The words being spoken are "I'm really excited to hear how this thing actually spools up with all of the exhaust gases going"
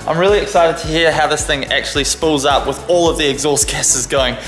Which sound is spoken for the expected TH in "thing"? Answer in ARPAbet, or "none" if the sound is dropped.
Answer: TH